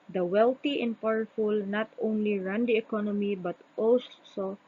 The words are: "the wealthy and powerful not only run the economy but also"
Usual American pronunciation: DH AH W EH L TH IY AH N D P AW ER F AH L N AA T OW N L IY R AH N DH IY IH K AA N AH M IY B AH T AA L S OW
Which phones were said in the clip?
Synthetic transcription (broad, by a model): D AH W EH L T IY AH N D P AW ER F AH L N AA T OW N L IY R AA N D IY IH K AA N AH M IY B AH T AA L S OW